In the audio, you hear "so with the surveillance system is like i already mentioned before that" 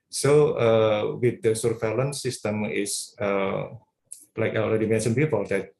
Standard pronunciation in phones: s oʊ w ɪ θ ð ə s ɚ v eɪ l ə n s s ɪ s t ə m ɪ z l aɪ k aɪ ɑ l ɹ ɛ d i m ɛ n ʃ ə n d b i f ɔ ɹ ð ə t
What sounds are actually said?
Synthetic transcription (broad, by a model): s oʊ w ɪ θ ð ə s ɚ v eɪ l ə n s s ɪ s t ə m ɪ s l aɪ k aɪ ɑ l ɹ ɛ d i m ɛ n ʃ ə n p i p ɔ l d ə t